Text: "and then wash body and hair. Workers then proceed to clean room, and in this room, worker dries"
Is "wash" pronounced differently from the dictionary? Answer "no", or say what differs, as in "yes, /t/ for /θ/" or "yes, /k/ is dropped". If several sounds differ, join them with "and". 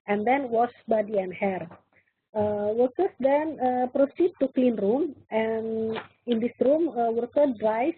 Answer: yes, /s/ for /ʃ/